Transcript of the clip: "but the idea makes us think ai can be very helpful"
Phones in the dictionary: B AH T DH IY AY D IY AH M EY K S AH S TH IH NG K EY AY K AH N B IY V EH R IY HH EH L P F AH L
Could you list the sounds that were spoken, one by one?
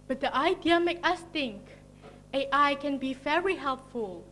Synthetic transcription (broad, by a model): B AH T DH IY AY D IY AH M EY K AH S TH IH NG K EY AY K AH N B IY V EH R IY HH EH L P F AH L